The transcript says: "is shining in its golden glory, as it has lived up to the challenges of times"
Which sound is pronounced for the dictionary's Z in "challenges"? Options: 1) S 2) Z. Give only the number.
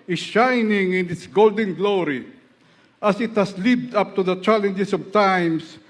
1